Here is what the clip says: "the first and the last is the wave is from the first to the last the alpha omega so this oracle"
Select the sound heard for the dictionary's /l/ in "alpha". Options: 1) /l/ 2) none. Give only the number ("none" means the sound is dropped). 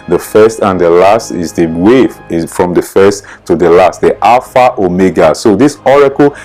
2